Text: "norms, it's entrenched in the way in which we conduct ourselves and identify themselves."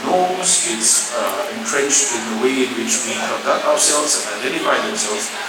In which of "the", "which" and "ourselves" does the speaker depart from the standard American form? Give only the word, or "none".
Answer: none